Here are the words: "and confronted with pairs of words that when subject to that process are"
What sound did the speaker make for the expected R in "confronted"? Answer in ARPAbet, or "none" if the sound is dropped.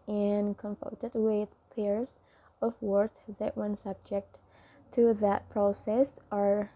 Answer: none